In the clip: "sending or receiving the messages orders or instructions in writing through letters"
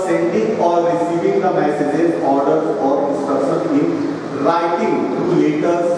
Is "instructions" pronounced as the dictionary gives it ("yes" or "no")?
no